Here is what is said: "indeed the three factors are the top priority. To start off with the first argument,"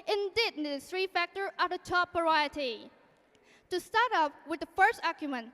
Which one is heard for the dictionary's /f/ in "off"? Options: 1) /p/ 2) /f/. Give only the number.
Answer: 1